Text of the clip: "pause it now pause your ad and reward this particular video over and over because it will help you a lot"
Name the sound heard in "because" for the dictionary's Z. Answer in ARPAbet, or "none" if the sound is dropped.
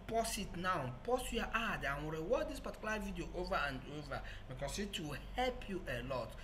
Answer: S